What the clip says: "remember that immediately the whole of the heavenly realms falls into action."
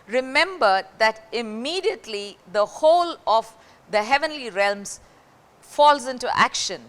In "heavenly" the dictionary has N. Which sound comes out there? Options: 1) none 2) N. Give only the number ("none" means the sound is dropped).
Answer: 2